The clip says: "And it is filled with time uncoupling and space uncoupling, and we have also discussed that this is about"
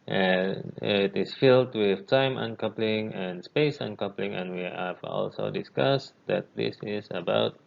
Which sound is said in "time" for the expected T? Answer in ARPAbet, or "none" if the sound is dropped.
T